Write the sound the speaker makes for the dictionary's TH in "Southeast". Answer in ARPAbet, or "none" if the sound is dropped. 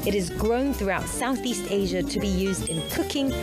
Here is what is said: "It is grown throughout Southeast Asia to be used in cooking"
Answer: TH